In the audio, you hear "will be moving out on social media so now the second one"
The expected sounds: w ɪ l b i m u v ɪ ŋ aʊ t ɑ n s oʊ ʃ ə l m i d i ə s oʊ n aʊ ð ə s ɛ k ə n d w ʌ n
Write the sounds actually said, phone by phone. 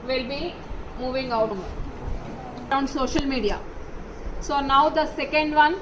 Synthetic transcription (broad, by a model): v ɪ l b i m u v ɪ ŋ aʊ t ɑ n s oʊ ʃ ə l m i d i ə s oʊ n aʊ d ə s ɛ k ə n d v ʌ n